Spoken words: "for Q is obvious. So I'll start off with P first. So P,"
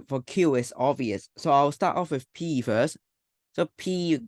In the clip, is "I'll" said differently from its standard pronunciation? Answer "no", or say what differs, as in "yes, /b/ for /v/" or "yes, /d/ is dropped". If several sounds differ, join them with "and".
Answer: yes, /w/ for /l/